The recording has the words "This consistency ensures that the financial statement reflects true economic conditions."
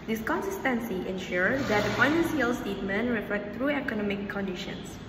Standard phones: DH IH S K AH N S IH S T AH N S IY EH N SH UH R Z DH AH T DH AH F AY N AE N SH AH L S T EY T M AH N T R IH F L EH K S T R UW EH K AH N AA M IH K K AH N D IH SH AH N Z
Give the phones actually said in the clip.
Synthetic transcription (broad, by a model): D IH S K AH N S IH S T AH N S IY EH N SH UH R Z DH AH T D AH F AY N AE N S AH L S T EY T M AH N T R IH F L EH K T R UW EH K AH N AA M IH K K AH N D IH SH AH N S